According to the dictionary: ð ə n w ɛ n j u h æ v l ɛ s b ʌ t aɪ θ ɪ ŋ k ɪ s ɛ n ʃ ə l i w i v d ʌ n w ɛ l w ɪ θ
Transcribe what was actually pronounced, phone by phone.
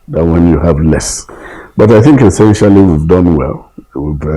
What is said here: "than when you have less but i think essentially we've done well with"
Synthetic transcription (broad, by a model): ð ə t w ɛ n j u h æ v l ɛ s b ʌ t aɪ θ ɪ ŋ k ɪ s ɛ n ʃ ə l i w i v d ʌ n w ɛ l w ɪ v